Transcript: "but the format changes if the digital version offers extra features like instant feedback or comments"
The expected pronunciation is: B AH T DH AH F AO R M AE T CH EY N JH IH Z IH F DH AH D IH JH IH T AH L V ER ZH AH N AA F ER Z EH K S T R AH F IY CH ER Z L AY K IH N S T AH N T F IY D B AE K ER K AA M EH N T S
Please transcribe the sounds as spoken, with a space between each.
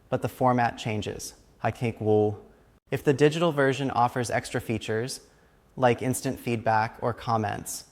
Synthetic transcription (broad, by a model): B AH T DH AH F AO R M AE T CH EY N JH IH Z IH F DH AH D IH JH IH T L V ER ZH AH N AA F ER Z EH K S T R AH F IY CH ER Z L AY K IH N S T AH N T F IY D B AE K ER K AA M EH N T S